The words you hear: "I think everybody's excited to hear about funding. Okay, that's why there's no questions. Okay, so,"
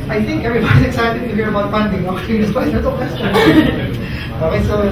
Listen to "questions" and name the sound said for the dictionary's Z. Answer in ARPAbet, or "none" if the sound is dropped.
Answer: none